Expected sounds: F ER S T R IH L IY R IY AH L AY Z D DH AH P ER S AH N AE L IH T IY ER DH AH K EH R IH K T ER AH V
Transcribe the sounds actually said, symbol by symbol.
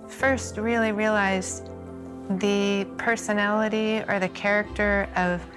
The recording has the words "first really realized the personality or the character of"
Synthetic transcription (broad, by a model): F ER S T R IH L IY R IY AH L AY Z DH AH P ER S AH N AE L IH T IY ER DH AH K EH R IH K T ER AH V